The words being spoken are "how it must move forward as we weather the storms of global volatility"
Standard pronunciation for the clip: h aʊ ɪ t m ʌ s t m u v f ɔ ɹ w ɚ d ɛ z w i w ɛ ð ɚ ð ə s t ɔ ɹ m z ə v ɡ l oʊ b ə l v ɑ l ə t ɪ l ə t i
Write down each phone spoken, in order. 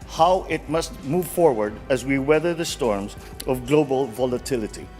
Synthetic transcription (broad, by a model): h aʊ ɪ t m ʌ s t m u v f ɔ ɹ w ɚ d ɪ z w i w ɛ ð ɚ ð ə s t ɔ ɹ m z ə v ɡ l oʊ b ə l v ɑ l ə t ɪ l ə t i